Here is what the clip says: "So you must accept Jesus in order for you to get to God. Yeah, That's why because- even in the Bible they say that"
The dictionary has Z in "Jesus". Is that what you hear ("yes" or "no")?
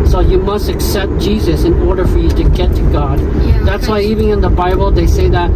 yes